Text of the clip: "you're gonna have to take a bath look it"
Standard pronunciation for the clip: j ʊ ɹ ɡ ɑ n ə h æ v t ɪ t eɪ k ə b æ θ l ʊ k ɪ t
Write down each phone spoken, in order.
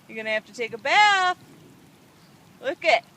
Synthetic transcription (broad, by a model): j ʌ ɹ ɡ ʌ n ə h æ f t ɪ t eɪ k ə b æ θ l ʊ k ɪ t